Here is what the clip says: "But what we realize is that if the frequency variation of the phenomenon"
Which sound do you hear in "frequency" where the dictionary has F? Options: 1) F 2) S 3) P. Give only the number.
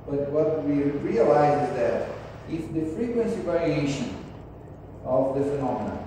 1